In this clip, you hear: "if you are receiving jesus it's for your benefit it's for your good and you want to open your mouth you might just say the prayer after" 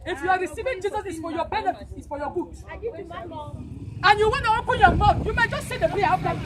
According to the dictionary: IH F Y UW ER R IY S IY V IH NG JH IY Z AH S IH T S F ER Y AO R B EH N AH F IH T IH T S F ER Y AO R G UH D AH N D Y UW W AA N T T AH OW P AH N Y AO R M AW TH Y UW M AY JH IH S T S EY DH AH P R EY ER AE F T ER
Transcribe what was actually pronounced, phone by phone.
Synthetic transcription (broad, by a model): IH F Y UW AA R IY S IY V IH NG JH IY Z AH S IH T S F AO Y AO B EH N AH IH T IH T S F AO Y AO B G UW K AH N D Y UW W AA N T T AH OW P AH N Y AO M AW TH Y UW M AY JH IH S T S EY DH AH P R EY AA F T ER